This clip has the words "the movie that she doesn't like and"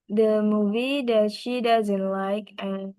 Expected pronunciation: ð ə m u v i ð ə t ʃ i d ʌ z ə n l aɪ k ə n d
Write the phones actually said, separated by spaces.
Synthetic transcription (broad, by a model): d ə m u v i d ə t ʃ i d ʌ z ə n l aɪ k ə n